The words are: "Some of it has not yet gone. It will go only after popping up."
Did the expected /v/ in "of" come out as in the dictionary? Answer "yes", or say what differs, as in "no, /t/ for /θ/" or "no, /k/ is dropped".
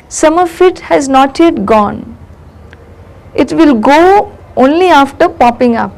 no, /f/ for /v/